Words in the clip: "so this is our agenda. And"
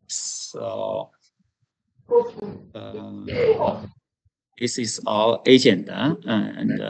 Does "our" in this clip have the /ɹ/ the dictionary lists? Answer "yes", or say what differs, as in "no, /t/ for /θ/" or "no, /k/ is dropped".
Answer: no, /l/ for /ɹ/